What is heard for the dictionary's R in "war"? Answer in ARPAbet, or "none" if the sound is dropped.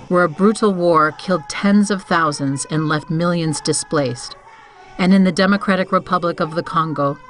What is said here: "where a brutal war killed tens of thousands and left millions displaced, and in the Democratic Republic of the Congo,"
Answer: R